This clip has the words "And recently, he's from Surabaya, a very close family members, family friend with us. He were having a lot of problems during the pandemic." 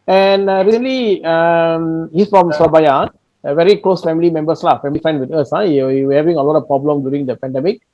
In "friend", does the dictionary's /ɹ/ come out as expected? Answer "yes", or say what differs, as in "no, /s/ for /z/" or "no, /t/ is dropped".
no, /ɹ/ is dropped